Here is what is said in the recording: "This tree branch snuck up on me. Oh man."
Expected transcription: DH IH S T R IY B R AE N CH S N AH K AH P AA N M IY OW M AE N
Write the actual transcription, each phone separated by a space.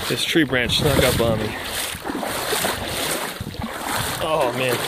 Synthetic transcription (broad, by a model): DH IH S T R IY B R AE N CH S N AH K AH B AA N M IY OW M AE N